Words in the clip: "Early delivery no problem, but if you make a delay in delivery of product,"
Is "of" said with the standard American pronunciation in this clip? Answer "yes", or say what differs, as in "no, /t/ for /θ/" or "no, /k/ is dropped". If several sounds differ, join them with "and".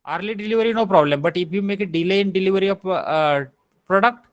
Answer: no, /p/ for /v/